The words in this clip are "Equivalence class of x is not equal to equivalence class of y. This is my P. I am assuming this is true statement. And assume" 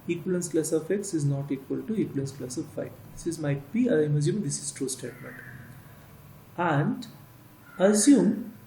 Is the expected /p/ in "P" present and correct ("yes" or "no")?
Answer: no